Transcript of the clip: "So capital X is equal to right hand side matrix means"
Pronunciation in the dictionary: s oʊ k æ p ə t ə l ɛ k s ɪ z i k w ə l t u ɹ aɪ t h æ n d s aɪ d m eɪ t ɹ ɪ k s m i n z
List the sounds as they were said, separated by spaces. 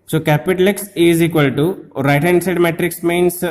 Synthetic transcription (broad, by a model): s oʊ k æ p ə t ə l ɛ k s ɪ z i k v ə l t u ɹ aɪ t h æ n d s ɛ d m eɪ t ɹ ɪ k s m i n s